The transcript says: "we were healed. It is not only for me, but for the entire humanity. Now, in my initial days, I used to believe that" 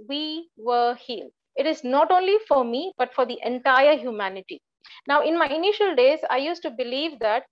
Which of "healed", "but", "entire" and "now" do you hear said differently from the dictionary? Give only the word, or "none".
healed